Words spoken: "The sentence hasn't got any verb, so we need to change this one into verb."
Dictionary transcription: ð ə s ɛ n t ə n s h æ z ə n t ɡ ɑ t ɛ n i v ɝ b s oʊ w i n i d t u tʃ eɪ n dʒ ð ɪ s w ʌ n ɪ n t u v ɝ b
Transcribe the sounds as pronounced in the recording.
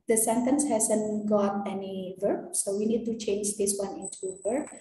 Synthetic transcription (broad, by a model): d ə s ɛ n t ə n s h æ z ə n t ɡ ɑ t ɛ n i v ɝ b s oʊ w i n i d t u tʃ eɪ n dʒ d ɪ s w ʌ n ɪ n t u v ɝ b